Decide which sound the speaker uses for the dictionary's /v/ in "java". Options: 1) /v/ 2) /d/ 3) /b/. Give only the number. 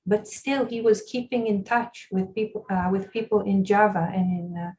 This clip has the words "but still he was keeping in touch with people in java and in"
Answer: 1